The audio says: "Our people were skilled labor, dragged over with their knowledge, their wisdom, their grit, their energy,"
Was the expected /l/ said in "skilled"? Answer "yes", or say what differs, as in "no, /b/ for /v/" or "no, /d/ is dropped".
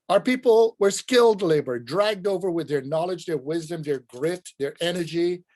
yes